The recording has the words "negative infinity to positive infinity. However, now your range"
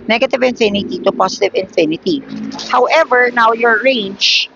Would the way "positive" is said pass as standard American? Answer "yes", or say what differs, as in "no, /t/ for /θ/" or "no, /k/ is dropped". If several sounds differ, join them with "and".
no, /s/ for /z/